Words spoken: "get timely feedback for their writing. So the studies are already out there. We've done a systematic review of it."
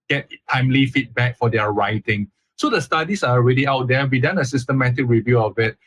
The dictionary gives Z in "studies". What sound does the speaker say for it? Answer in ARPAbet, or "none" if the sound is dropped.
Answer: S